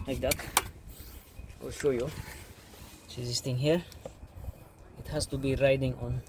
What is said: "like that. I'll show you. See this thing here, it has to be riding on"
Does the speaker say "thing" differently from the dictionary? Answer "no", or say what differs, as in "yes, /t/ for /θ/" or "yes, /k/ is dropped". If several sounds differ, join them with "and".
yes, /t/ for /θ/